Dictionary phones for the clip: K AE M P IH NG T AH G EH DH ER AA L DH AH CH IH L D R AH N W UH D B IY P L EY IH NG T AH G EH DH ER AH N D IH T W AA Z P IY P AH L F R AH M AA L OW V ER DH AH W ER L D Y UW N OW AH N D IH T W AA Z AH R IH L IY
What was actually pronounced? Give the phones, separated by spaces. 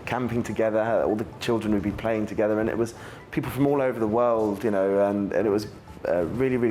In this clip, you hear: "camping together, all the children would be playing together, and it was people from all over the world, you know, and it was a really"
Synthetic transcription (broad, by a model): K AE M P IH NG T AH G EH DH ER AA L DH AH CH IH L D R AH N W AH D B IY P L EY IH NG T AH G EH DH ER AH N IH T W AA Z P IY P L F R AH M AA L OW V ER DH AH W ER L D Y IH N OW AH N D IH T W AA Z AH R IH L IY